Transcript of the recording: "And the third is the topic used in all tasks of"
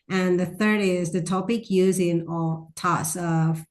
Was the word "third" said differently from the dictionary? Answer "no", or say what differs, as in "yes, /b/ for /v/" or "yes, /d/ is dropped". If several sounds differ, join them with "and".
no